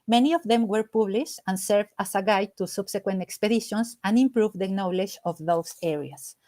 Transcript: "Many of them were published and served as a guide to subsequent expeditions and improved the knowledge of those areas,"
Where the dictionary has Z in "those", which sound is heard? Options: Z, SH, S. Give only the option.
S